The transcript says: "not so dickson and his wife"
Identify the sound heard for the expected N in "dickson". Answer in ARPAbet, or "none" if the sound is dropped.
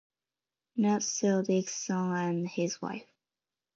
none